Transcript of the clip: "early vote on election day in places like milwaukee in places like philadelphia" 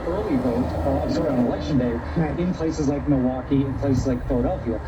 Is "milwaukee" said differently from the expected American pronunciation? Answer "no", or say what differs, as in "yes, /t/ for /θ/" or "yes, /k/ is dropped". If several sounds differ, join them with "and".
yes, /l/ is dropped